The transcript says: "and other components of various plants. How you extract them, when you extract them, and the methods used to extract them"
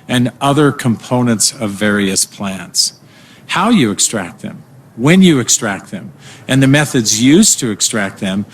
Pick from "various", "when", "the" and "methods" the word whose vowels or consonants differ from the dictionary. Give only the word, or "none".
none